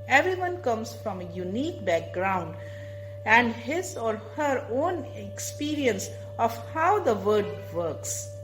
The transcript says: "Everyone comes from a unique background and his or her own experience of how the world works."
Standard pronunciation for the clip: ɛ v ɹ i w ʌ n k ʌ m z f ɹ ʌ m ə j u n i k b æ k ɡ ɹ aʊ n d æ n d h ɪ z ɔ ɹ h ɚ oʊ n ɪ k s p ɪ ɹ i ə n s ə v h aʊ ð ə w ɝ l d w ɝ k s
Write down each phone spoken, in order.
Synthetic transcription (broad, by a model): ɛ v ɹ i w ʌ n k ʌ m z f ɹ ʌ m ə j u n i k b æ k ɡ ɹ aʊ n d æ n d h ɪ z ɔ ɹ h ɚ oʊ n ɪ k s p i ɹ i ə n s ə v h aʊ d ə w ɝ d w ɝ k s